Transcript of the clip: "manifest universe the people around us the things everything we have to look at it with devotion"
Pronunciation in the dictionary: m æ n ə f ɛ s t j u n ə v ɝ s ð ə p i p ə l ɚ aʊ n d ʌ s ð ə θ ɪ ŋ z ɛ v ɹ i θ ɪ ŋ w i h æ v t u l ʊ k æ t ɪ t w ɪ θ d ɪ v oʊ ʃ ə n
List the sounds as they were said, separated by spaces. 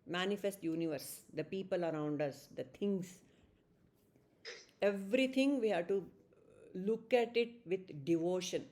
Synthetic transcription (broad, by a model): m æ n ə f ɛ s t j u n ə v ɝ s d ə p i p ə l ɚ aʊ n d ʌ s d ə t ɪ ŋ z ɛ v ɹ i t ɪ ŋ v i h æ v t u l ʊ k æ t ɪ t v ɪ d d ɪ v oʊ ʃ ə n